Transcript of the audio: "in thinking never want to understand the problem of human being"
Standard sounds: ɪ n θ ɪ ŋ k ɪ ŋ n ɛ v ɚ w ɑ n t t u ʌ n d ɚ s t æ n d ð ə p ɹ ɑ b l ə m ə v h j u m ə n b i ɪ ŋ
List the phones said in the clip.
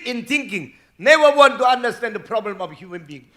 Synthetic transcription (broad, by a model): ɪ n t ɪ ŋ k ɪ ŋ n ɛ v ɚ w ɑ n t t u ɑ n d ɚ s t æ n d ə p ɹ ɑ b l ə m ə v h j u m ə n b i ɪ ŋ